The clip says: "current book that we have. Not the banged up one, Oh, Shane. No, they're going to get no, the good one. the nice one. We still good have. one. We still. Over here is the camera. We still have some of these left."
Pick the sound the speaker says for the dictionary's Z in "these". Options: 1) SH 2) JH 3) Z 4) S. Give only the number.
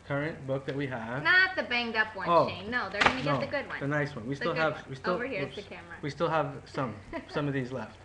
3